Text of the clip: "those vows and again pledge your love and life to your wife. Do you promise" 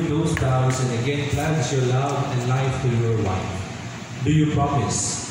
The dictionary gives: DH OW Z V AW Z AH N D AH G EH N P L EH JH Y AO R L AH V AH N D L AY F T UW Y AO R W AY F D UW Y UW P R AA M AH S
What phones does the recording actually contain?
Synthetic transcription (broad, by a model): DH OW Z P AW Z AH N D AH G EH N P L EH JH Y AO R L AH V AH N D L AY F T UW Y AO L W AY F D UW Y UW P R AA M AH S